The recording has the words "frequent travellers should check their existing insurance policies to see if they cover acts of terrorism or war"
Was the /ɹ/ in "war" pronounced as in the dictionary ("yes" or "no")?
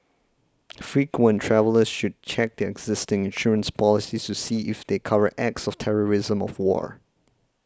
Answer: yes